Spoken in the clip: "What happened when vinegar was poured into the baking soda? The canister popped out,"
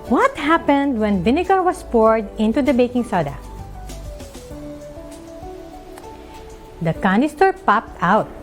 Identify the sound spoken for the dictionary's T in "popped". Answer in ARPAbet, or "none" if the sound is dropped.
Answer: T